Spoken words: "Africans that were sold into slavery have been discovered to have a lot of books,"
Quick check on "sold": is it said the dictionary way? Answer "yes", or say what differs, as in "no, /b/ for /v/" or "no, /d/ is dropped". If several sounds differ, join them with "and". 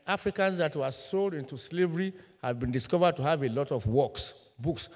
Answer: yes